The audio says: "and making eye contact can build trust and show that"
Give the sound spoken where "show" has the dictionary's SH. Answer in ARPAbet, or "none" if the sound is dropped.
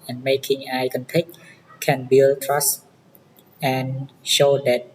SH